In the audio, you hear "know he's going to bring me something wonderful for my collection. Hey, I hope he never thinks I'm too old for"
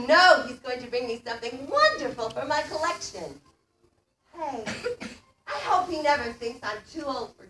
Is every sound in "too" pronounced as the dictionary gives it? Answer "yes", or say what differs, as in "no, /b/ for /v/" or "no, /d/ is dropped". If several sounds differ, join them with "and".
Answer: yes